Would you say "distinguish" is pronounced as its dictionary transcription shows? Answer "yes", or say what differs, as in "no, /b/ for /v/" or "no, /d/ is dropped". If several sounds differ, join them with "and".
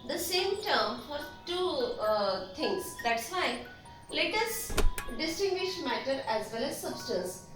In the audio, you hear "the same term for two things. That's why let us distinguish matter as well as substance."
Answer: yes